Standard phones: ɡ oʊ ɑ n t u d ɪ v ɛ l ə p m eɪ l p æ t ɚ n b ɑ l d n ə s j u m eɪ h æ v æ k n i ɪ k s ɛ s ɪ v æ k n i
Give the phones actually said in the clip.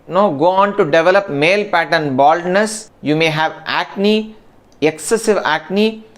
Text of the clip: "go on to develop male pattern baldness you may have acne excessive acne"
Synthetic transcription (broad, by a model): ɡ oʊ ɑ n t u d ɪ v ɛ l ə p m eɪ l p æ t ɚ n b ɑ l d n ə s j u m eɪ h æ v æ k n i ɪ k s ɛ s ɪ v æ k n i